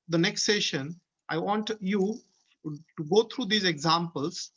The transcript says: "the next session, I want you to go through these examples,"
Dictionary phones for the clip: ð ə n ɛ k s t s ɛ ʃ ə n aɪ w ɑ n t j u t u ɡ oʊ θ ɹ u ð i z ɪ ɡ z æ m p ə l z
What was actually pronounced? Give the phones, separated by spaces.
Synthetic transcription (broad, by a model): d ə n ɛ k s t s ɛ ʃ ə n aɪ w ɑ n t j u t u ɡ oʊ t ɹ u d i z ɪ ɡ z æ m p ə l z